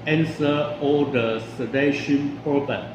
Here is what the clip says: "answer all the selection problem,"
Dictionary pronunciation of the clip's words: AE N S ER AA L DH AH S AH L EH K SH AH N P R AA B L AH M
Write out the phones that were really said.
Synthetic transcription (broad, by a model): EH N S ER AA L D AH S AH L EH SH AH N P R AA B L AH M